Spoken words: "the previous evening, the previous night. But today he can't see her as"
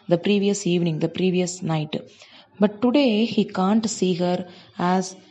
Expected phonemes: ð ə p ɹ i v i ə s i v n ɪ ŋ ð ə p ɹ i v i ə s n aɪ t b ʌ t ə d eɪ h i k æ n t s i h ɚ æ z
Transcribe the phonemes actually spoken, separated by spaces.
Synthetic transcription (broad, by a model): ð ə p ɹ i v i ə s i v n ɪ ŋ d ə p ɹ i v i ə s n aɪ t b ʌ t ə d eɪ h i k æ n t s i h ɚ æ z